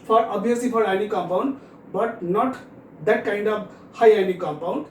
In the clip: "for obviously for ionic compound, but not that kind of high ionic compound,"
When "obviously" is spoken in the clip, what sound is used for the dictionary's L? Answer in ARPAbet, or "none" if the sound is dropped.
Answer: none